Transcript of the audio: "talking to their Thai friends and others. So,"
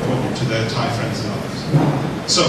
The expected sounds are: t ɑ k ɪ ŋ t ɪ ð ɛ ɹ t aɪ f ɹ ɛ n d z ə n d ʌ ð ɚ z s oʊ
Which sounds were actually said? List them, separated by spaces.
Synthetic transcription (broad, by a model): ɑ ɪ t ɪ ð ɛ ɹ t aɪ f ɹ ɛ n d z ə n ʌ ð ɚ z s oʊ